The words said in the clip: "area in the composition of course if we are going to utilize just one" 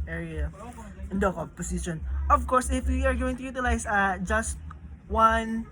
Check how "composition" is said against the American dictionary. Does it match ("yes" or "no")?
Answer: no